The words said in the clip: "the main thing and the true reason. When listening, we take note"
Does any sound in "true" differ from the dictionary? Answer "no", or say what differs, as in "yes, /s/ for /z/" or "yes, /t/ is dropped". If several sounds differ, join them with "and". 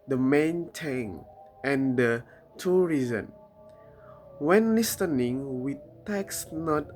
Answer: yes, /ɹ/ is dropped